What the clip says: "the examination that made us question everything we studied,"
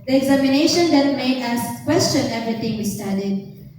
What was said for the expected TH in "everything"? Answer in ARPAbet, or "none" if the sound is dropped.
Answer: T